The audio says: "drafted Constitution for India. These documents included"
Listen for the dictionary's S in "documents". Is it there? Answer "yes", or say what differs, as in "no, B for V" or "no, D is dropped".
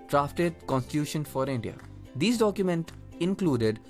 no, S is dropped